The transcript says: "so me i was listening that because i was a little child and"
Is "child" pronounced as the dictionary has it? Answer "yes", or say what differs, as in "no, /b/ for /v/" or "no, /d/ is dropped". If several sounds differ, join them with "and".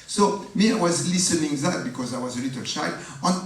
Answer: no, /l/ is dropped